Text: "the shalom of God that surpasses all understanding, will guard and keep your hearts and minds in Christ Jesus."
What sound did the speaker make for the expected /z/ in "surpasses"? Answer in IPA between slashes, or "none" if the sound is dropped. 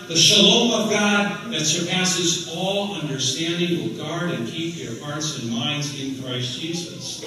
/z/